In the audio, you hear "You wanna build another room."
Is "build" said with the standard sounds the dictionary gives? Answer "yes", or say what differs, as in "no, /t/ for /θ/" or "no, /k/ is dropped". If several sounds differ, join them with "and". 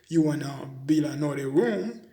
no, /d/ is dropped